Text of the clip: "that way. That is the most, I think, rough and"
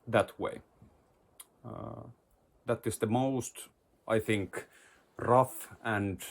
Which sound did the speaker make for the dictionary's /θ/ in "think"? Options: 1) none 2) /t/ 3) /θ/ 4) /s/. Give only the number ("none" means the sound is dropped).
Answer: 3